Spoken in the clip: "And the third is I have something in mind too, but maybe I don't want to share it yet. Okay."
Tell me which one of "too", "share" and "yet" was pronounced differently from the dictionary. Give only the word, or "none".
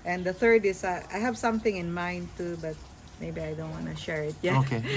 yet